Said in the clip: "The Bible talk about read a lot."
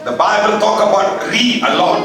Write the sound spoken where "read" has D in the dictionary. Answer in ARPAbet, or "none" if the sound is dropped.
none